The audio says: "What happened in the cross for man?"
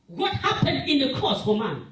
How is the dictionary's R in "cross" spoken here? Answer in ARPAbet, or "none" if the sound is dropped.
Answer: none